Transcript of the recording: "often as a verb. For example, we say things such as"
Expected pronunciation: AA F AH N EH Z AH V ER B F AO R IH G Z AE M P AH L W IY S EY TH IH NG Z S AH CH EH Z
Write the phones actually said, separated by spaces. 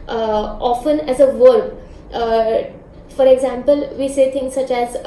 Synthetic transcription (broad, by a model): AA F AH N EH Z AH V ER B F AO R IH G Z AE M P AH L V IY S EY T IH NG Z S AH CH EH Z